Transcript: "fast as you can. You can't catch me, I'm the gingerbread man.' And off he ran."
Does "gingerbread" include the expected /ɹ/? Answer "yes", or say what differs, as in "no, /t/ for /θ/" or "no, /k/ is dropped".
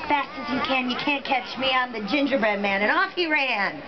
yes